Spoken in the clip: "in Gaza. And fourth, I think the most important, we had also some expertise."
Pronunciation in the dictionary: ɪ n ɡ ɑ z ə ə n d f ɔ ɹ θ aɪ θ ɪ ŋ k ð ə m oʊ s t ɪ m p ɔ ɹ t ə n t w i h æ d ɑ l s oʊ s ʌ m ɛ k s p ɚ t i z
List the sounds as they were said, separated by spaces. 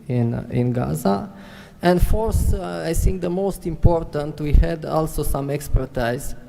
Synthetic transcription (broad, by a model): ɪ n ɡ ɑ z ə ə n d f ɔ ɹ s aɪ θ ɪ ŋ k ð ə m oʊ s t ɪ m p ɔ ɹ t ə n t w i h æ d ɑ l s oʊ s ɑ m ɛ k s p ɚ t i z